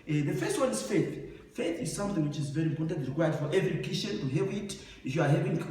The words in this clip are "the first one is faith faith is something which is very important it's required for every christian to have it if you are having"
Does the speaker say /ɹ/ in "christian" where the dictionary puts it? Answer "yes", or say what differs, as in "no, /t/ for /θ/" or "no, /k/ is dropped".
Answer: no, /ɹ/ is dropped